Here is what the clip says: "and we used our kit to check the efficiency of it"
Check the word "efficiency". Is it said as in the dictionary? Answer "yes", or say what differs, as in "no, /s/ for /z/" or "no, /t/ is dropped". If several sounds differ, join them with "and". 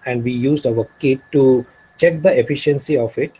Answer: yes